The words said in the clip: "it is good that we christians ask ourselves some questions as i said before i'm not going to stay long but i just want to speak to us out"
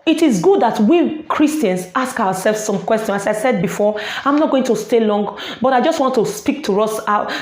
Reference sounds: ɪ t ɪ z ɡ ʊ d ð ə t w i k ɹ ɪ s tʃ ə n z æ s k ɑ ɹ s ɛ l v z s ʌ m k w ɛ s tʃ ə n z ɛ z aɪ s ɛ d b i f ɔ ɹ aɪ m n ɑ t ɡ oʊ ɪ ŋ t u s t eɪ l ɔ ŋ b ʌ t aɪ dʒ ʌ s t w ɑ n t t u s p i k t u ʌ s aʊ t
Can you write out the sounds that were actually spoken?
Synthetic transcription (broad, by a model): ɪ t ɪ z ɡ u d ð ə t w i k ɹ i s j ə n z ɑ s k ɑ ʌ s ɛ l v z s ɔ m k w ɛ s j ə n ɑ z aɪ s ɛ d b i f ɔ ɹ aɪ m n ɑ t ɡ oʊ ɪ ŋ t u s t eɪ l ɔ ŋ b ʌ t aɪ dʒ ʌ s t w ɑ n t t u s p i k t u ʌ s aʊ